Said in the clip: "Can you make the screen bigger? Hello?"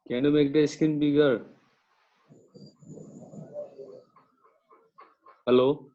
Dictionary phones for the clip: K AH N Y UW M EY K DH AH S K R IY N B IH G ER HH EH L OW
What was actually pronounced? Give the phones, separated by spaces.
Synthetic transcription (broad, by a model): K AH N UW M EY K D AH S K IY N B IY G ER HH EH L OW